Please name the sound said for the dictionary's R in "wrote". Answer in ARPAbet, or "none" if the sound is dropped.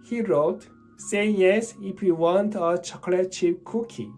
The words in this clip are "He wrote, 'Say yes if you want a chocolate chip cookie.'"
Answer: R